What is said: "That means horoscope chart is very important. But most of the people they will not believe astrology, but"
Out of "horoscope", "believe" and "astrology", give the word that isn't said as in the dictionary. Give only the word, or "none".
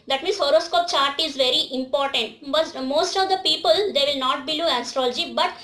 believe